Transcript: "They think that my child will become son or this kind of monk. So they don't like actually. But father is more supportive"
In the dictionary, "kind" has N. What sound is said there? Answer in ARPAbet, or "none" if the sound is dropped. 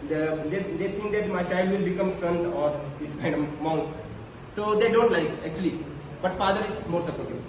none